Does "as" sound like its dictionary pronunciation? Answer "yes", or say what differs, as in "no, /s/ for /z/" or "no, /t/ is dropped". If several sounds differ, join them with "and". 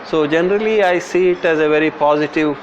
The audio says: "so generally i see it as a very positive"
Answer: yes